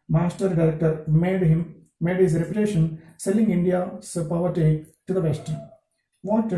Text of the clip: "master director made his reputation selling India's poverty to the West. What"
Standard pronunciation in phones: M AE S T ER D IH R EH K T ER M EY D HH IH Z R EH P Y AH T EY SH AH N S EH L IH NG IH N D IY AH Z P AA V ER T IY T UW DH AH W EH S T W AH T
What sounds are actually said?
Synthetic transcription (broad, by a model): M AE S T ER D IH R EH K T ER M EY D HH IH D R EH P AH T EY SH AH N S EH L IH NG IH N D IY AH S P AA V ER T IY T UW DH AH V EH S T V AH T